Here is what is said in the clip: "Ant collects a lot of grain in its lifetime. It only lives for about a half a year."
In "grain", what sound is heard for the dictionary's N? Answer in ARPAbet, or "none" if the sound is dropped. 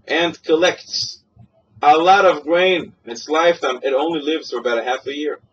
none